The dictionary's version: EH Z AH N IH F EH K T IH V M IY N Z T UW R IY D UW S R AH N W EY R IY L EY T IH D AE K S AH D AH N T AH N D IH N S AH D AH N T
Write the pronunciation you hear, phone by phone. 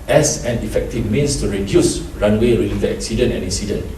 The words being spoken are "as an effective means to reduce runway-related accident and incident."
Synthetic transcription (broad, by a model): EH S AH N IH F EH K T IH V M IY N S T UW R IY D UW S R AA N W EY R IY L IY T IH EH K S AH D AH N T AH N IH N S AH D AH N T